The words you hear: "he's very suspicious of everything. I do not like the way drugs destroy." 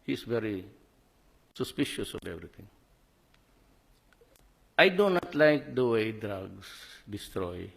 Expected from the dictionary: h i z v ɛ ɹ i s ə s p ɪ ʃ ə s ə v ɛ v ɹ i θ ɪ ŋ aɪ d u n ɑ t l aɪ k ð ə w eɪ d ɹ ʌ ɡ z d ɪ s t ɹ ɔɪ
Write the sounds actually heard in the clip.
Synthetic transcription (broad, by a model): h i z v ɛ ɹ i s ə s p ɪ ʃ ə s ə v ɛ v ɹ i t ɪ ŋ aɪ d u n ɑ t l aɪ k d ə w eɪ d ɹ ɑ ɡ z d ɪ s t ɹ ɔɪ